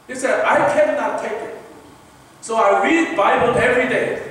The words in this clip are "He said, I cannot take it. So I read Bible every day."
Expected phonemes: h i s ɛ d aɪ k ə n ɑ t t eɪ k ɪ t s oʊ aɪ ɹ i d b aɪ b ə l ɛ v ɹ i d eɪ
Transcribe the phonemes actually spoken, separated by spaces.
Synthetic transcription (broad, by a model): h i s ɛ d aɪ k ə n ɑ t t eɪ k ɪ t s oʊ aɪ ɹ i d b aɪ b ə l ɛ v ɹ i d eɪ